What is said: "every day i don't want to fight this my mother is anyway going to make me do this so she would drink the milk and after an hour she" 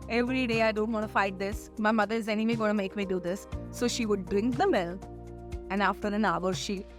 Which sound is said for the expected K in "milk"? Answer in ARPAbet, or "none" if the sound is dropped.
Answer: none